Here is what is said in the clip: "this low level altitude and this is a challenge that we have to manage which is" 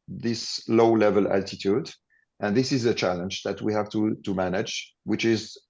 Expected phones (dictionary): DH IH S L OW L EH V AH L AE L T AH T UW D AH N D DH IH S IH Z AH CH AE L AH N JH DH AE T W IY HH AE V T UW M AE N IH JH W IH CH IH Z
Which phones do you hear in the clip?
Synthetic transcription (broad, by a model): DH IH S L OW L EH V AH L AE L T AH T UW D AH N DH IH S IH Z AH CH AE L AH N JH DH AE T W IY HH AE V T UW M AE N IH JH W IH CH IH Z